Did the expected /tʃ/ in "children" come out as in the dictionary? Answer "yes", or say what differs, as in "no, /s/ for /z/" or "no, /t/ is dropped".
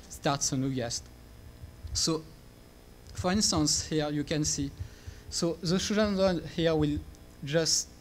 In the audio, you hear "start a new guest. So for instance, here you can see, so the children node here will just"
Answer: no, /ʃ/ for /tʃ/